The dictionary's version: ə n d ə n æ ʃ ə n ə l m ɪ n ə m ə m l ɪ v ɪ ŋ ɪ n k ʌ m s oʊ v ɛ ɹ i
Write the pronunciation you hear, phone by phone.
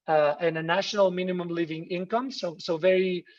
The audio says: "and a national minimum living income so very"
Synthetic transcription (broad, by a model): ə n ə n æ ʃ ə n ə l m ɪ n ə m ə m l ɪ v ɪ ŋ ɪ n k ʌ m s oʊ v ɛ ɹ i